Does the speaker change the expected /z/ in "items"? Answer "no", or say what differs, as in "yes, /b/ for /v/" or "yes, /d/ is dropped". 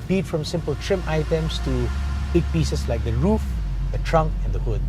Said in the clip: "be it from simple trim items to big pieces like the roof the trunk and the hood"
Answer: yes, /s/ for /z/